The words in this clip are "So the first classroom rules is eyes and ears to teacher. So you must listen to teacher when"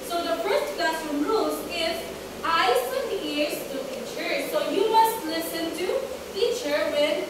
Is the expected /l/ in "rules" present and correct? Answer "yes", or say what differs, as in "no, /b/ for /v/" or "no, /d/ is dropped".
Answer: no, /l/ is dropped